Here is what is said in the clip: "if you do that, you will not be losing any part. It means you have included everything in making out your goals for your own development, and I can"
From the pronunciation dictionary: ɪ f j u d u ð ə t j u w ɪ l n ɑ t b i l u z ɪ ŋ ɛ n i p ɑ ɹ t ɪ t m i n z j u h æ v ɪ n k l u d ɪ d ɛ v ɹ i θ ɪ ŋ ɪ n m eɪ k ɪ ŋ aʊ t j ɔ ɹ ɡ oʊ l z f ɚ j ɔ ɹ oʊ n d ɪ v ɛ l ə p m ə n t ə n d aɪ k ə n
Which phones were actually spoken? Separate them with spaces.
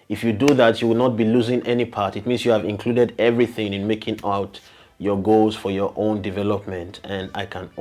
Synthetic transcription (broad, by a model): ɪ f j u d u ð ə t j u w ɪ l n ɑ t b i l u z ɪ ŋ ɛ n i p ɑ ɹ t ɪ t m i n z j u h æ v ɪ n k l u d ɪ d ɛ v ɹ i θ ɪ ŋ ɪ n m eɪ k ɪ ŋ aʊ t j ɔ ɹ ɡ oʊ l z f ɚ j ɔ ɹ oʊ n d ɪ v ɛ l ə p m ə n t ə n d aɪ k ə n